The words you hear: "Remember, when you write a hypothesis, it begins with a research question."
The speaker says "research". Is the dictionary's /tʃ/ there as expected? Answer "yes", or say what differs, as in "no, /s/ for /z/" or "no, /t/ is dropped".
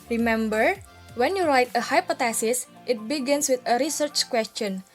yes